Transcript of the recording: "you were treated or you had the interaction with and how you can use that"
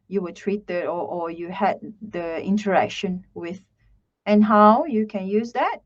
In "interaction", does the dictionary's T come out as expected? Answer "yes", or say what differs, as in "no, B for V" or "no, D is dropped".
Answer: yes